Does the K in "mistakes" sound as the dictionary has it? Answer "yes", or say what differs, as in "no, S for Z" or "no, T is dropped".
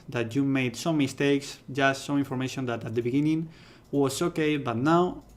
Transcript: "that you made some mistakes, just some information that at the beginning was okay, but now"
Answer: yes